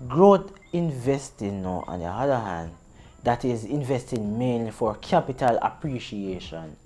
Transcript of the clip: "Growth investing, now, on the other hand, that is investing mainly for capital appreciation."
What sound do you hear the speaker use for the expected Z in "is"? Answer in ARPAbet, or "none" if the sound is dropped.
Z